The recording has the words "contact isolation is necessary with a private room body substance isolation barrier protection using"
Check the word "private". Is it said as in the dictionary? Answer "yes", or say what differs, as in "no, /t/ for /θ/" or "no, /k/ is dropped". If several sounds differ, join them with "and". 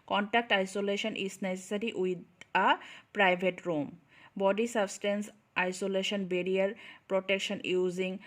no, /b/ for /v/